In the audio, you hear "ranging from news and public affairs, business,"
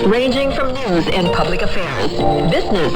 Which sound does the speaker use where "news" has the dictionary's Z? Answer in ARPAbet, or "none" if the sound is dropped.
Z